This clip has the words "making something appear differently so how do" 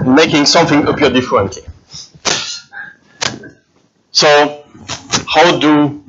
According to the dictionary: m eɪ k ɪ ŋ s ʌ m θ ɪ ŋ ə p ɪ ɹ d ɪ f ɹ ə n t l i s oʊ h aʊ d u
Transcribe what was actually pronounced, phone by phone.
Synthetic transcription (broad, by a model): m eɪ k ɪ ŋ s ʌ m θ ɪ ŋ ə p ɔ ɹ d ɪ f ɹ ə n t l i s oʊ h aʊ d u